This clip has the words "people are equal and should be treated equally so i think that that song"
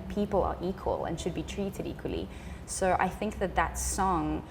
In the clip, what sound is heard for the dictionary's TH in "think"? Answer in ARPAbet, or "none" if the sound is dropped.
TH